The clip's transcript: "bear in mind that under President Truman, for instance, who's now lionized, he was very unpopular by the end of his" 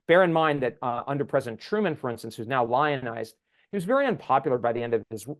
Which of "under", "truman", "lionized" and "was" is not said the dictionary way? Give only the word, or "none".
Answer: none